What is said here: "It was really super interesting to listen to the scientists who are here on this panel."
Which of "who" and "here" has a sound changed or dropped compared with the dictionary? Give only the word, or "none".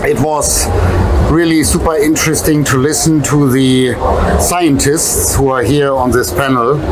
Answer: none